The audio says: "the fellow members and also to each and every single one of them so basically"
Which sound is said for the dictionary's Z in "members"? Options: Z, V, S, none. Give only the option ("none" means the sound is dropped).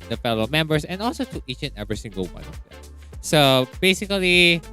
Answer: S